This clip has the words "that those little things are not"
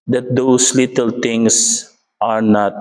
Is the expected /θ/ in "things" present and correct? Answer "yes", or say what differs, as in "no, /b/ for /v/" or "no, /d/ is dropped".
no, /t/ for /θ/